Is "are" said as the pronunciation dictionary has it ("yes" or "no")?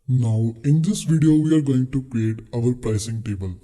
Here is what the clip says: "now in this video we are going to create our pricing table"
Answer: yes